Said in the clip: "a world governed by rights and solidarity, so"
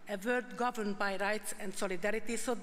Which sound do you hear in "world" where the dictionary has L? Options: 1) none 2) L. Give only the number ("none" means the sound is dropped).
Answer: 1